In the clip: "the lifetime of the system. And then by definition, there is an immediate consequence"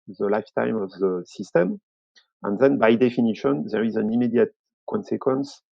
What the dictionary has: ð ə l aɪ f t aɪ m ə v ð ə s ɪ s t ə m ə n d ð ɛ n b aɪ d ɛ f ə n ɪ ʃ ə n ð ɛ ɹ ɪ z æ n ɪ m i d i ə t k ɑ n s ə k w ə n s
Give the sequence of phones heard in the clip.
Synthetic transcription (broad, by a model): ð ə l aɪ f t aɪ m ə v ð ə s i s t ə m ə n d ð ɛ n b aɪ d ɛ f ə n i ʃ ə n ð ɛ ɹ ɪ z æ n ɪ m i d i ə t k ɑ n s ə k w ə n s